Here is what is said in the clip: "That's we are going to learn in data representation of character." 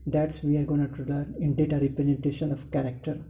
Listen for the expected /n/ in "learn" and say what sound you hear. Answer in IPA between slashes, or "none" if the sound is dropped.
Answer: none